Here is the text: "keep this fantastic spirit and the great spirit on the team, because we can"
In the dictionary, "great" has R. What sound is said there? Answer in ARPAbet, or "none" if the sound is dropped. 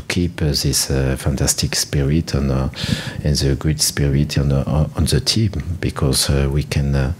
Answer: none